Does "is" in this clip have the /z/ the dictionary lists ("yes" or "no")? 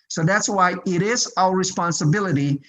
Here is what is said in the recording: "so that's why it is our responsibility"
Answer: yes